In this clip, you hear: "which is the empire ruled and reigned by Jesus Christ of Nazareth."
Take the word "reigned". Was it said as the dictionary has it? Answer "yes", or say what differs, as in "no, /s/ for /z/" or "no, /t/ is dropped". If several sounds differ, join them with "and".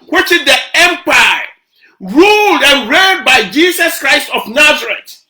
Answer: no, /n/ is dropped